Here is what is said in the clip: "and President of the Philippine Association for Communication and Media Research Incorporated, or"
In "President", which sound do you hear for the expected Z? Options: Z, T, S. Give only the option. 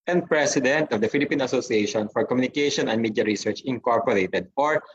S